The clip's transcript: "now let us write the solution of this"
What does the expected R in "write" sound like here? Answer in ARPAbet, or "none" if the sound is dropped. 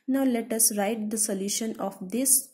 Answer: R